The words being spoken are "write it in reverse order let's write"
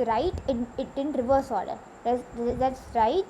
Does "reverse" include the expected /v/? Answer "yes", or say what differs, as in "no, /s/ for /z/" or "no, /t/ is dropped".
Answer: yes